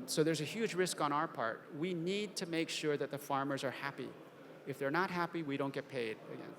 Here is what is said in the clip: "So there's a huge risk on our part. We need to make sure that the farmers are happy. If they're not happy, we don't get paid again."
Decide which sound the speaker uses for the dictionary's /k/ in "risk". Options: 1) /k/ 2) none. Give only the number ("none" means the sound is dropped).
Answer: 1